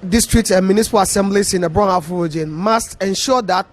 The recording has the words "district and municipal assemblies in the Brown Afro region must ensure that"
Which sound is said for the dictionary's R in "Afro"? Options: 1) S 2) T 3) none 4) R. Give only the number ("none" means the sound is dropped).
3